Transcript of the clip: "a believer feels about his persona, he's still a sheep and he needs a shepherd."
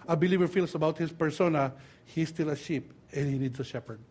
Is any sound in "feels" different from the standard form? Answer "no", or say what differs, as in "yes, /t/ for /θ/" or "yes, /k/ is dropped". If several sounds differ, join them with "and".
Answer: yes, /s/ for /z/